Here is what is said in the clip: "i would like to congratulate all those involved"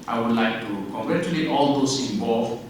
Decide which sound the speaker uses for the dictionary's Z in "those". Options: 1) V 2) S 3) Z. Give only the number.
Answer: 2